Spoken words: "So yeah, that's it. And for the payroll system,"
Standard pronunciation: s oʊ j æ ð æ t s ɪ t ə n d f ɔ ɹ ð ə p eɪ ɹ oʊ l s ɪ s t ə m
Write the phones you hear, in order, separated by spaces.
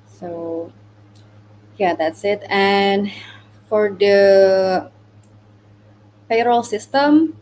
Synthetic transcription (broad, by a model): s oʊ j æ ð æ t s ɪ t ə n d f ɔ ɹ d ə f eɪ ɹ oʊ l s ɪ s t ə m